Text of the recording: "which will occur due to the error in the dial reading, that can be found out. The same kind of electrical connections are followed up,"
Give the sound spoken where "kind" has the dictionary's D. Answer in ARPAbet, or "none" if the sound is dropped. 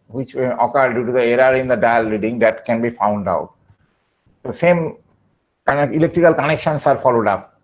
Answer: none